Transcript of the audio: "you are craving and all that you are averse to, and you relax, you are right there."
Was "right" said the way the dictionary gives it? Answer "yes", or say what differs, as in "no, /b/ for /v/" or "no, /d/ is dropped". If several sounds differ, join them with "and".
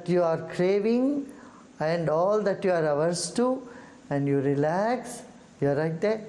no, /l/ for /ɹ/